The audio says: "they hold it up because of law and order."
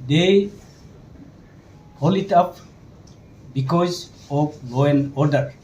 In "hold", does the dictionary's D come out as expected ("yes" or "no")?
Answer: no